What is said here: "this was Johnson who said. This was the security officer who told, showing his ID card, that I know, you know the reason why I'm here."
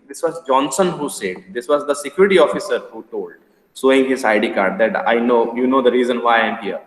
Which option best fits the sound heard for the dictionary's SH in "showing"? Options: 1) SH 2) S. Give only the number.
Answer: 2